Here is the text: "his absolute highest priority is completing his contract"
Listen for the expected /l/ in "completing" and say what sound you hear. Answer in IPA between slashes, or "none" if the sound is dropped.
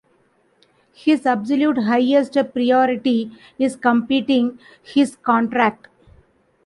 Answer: none